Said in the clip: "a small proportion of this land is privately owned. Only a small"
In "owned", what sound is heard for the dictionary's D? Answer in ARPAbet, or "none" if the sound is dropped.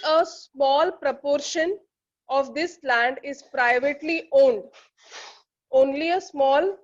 D